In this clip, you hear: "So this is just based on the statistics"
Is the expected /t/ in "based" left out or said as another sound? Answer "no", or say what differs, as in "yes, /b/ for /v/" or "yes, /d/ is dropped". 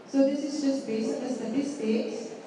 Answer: yes, /t/ is dropped